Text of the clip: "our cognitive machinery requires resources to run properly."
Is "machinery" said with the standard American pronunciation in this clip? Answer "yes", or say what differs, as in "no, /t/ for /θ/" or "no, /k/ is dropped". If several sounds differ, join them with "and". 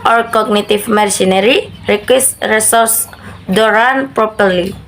no, /s/ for /ʃ/